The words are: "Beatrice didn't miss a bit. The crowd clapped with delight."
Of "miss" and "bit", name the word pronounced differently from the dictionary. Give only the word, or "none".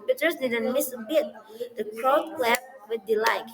none